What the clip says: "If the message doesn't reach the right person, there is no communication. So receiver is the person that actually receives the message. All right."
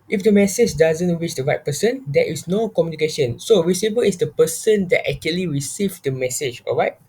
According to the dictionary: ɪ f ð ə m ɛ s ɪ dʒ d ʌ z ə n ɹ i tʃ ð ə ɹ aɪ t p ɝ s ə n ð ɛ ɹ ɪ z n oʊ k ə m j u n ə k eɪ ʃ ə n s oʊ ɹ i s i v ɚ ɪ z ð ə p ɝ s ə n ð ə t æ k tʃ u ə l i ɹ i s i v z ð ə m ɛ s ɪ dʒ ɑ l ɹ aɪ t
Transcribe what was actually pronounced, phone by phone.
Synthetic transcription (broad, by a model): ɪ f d ə m ɛ s ɪ dʒ d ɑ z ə n w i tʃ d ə ɹ aɪ t p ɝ s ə n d ɛ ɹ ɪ s n oʊ k ə m j u n ə k eɪ ʃ ə n s oʊ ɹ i s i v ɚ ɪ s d ə p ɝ s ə n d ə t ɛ k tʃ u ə l i ɹ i s i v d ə m ɛ s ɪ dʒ ɑ l ɹ aɪ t